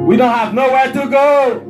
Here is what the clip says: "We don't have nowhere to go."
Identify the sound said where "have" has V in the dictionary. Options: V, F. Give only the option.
V